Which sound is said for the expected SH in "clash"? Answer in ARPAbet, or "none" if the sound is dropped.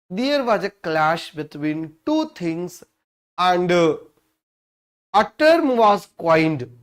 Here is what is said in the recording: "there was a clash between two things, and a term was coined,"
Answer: SH